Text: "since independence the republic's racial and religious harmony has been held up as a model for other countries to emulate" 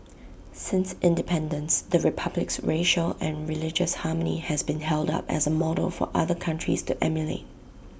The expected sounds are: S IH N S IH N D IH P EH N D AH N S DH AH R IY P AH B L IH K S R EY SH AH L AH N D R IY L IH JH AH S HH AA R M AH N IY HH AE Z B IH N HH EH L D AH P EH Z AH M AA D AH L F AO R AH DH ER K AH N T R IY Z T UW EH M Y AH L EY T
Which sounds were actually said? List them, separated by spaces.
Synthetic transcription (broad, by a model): S IH N S IH N D IH P EH N D AH N S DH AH R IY P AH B L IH K S R EY SH AH L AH N R IY L IH JH AH S HH AA M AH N IY HH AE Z B IH N HH EH L D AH P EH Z AH M AA D AH L F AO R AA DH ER K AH N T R IY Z T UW EH M Y AH L EY T